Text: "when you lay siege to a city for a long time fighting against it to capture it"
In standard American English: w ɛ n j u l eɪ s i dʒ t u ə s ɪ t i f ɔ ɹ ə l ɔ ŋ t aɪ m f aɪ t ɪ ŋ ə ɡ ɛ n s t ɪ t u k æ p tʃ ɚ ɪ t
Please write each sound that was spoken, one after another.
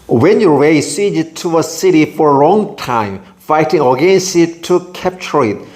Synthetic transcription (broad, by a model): w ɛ n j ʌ w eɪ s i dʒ t u ə s ɪ t i f ɔ ɹ ə l ɔ ŋ t aɪ m f aɪ t ɪ ŋ ə ɡ ɛ n s t ɪ t u k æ p tʃ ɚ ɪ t